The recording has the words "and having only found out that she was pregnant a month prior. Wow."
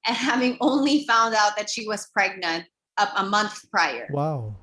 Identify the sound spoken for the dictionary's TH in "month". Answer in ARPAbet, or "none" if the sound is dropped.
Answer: TH